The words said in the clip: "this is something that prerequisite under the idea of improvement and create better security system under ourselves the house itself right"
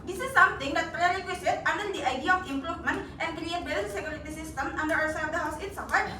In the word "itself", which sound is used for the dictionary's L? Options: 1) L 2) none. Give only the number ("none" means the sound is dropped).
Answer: 2